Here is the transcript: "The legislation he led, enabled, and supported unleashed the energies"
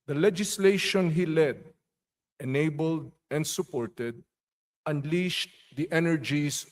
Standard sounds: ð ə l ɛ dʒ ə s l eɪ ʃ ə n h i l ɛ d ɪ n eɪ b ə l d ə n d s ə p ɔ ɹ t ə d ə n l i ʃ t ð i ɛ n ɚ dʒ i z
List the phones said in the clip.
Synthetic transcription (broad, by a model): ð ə l ɛ dʒ ə s l eɪ ʃ ə n h i l ɛ d ɪ n eɪ b ə l d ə n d s ə p ɔ ɹ t ə d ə n l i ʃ t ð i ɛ n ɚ dʒ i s